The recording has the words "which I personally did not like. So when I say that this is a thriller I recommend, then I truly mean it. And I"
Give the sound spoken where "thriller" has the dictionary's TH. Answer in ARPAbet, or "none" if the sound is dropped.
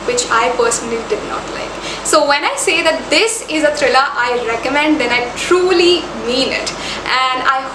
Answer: T